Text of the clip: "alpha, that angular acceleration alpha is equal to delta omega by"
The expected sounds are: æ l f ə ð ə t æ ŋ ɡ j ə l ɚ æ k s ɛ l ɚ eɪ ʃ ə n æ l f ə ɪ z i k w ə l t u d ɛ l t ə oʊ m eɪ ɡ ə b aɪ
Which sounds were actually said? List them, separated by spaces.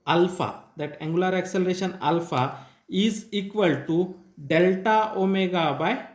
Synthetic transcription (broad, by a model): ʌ l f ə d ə t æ ŋ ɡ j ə l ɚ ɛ k s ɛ l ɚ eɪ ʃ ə n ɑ l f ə ɪ z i k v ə l t u d ɛ l t ə oʊ m eɪ ɡ ə b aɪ